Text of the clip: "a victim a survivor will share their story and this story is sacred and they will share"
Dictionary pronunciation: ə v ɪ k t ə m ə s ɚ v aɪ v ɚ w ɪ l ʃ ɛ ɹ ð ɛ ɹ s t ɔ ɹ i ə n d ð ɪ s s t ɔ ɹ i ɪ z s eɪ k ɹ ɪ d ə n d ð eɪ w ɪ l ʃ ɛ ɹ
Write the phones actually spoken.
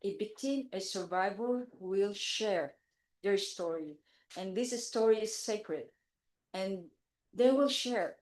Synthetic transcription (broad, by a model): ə b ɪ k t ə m ə s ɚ v aɪ v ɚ w ɪ l ʃ ɛ ɹ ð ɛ ɹ s t ɔ ɹ i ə n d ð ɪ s s t ɔ ɹ i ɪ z s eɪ k ɹ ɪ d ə n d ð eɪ w ɪ l ʃ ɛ ɹ